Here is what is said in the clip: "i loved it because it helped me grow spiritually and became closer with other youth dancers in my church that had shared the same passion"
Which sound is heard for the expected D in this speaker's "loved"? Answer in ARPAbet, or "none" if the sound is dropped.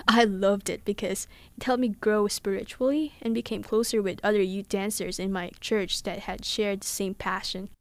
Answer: D